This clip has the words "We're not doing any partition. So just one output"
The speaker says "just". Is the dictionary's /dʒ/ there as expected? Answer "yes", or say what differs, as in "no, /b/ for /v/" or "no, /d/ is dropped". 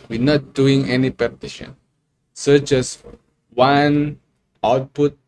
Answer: no, /tʃ/ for /dʒ/